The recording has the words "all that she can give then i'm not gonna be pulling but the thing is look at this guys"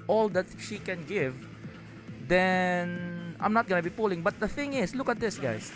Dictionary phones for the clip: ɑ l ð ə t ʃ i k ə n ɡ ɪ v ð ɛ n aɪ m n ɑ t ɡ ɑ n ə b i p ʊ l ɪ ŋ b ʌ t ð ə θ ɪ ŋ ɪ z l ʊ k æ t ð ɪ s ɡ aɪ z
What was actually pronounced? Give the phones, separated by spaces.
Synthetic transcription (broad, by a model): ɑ l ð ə t ʃ i k ə n ɡ ɪ v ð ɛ n aɪ m n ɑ t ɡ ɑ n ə b i p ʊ l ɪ ŋ b ʌ t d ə θ ɪ ŋ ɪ s l ʊ k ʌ t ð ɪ s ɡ aɪ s